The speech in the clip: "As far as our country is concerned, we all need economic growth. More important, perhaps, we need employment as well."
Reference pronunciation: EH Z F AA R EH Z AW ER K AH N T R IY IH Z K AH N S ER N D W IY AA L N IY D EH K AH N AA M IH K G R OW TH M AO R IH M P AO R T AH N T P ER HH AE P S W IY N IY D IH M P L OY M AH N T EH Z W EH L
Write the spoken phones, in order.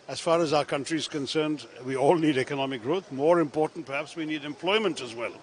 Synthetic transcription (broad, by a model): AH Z F AA R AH Z AW ER K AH N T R IY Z K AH N S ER N D W IY AA L N IY D EH K AH N AA M IH K G R OW TH M AO R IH M P AO R T N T P ER HH AE P S W IY N IY D IH M P L OY M AH N T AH Z W EH L